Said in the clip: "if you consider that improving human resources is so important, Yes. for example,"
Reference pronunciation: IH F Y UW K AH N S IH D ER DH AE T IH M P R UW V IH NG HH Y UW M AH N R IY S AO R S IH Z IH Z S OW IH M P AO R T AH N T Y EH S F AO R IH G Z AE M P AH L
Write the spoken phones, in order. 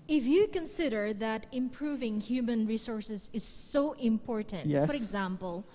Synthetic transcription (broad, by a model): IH F Y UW K AH N S IH D ER DH AE T IH M P R UW V IH NG HH Y UW M AH N R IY S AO R S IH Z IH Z S OW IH M P AO R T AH N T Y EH F AO R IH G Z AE M P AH L